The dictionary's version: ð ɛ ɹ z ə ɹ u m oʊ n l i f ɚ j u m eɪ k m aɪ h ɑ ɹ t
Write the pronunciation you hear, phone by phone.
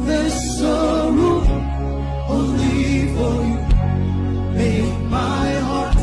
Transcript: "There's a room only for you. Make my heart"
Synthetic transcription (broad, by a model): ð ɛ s ə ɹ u oʊ n l i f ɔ j u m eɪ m aɪ h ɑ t